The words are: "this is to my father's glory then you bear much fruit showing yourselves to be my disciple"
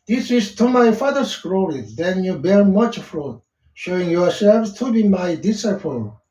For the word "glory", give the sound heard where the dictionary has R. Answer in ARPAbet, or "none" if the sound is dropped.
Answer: W